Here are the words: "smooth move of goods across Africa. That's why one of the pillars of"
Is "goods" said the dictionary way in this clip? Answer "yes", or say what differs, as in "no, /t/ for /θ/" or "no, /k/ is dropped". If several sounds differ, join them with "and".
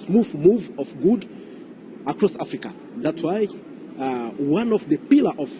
no, /z/ is dropped